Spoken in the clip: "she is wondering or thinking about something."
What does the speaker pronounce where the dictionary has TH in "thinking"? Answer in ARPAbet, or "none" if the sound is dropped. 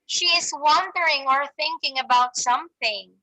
TH